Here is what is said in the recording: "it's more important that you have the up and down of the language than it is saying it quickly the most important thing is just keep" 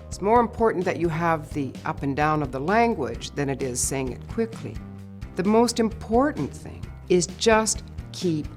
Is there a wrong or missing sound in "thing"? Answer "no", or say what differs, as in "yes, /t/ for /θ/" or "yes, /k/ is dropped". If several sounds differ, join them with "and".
no